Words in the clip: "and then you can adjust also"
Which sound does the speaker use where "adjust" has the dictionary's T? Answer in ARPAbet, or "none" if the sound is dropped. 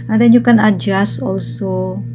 none